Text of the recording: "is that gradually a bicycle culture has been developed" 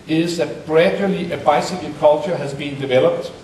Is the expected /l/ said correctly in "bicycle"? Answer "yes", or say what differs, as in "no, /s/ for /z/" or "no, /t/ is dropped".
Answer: no, /n/ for /l/